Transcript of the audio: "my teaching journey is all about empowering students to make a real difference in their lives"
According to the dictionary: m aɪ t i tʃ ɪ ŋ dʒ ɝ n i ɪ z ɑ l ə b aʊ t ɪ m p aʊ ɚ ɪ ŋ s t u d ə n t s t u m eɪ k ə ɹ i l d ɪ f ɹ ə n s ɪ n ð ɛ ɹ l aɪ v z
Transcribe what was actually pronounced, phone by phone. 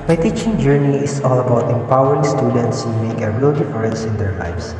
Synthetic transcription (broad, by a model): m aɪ t i tʃ ɪ ŋ dʒ ɝ n i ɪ s ɑ l ə b aʊ t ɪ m p aʊ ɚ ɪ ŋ s t u d ə n t s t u m eɪ k ə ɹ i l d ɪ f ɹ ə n s ɪ n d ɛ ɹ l aɪ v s